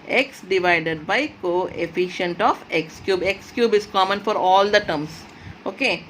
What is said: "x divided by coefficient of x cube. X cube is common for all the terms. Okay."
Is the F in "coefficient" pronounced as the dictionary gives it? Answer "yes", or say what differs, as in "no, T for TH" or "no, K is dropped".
yes